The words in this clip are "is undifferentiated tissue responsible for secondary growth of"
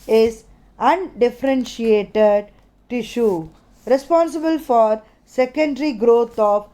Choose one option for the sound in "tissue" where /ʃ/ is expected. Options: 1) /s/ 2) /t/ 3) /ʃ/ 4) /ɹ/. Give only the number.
3